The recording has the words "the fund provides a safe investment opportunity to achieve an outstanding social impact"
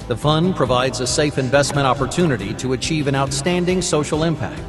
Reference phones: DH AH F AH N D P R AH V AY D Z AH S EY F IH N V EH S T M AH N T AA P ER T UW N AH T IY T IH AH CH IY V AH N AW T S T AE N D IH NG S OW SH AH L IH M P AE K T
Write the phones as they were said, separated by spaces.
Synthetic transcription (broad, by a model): DH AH F AH N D P R AH V AY D Z AH S EY F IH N V EH S T M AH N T AA P ER T UW N AH T IY T IH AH CH IY V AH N AW T S T AE N D IH NG S OW SH L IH M P AE K T